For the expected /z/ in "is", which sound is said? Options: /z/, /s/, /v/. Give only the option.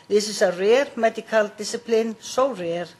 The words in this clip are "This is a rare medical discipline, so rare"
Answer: /s/